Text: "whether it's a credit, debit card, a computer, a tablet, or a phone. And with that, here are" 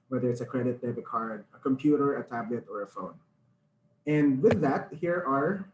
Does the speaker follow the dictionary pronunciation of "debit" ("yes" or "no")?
no